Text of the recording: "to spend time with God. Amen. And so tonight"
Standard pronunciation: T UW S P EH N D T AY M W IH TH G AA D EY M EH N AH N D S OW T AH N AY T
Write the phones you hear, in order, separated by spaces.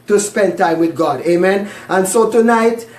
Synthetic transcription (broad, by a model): T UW S P EH N D T AY M W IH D G AA D EY M EH N AH N D S OW T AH N AY T